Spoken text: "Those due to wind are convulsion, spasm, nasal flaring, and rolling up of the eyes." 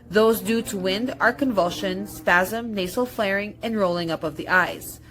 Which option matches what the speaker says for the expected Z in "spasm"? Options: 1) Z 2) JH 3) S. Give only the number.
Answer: 1